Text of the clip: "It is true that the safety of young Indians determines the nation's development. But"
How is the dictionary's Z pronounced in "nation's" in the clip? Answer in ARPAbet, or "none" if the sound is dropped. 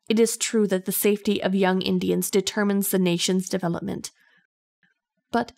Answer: Z